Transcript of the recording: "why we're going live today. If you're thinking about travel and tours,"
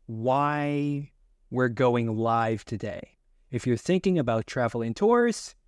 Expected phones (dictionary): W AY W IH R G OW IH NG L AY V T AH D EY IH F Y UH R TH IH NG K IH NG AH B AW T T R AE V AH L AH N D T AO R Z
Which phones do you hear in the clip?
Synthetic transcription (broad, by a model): W AY W IH R G OW IH NG L AY V T AH D EY IH F Y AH R TH IH NG K IH NG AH B AW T T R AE V L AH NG T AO R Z